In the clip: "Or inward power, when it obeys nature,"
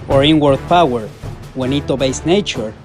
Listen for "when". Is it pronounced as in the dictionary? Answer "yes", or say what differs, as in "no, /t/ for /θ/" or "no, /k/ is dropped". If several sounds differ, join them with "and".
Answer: yes